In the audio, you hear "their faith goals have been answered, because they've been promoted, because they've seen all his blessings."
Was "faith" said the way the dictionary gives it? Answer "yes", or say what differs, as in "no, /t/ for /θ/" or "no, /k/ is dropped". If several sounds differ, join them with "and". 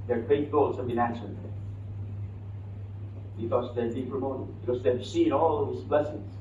no, /t/ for /θ/